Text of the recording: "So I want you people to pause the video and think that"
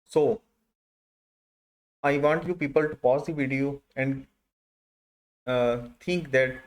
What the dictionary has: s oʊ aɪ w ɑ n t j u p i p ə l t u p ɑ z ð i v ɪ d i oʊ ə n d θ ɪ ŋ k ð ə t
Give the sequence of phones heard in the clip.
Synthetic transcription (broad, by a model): s oʊ aɪ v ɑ n t j u p i p ə l t u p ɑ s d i v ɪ d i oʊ ə n d t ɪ ŋ k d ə t